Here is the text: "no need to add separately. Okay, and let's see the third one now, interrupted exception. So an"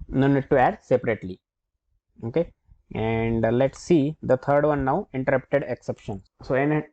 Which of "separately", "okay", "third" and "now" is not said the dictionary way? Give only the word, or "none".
third